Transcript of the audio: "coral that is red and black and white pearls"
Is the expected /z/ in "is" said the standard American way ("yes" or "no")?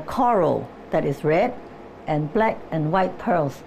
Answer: no